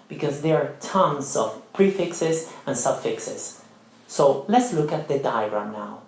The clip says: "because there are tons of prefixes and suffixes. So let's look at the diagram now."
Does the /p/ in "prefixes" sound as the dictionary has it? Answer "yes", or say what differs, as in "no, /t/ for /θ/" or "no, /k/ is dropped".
yes